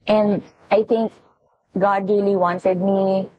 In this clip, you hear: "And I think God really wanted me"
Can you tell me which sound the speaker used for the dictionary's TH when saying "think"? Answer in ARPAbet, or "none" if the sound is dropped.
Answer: T